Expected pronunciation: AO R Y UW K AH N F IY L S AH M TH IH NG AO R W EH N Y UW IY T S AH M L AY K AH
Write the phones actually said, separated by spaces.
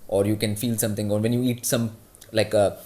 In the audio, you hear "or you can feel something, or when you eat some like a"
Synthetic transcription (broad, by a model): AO R Y UW K AH N F IY L S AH M T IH NG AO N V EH N Y UW IY T S AH M L AY K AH